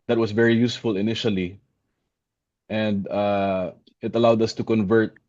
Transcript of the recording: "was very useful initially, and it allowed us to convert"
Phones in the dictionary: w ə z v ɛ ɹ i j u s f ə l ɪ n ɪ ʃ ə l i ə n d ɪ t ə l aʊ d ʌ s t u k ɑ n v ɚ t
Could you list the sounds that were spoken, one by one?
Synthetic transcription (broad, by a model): w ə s v ɛ ɹ i j u s f ə l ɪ n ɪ ʃ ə l i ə n d ɪ t ə l aʊ d ʌ s t u k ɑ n v ɚ t